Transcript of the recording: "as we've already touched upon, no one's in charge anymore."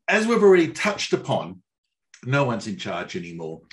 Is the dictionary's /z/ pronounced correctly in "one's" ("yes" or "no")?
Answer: yes